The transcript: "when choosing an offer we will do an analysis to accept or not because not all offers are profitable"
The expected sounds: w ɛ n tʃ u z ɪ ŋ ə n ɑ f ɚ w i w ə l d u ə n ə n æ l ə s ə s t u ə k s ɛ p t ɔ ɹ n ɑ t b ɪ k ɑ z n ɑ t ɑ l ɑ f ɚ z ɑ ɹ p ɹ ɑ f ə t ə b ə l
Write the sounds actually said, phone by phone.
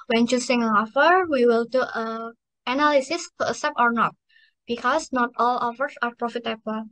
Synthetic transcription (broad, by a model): w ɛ n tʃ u s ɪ ŋ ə ɑ f ɚ w i w ə l d u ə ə n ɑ l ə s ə s t u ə s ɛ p ɔ ɹ n ɑ t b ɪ k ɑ s n ɑ t ɑ l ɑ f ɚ s ɑ ɹ p ɹ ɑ f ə t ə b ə l